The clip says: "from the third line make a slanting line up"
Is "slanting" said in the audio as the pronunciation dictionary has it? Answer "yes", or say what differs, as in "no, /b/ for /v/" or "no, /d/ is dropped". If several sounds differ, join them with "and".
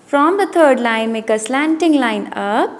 yes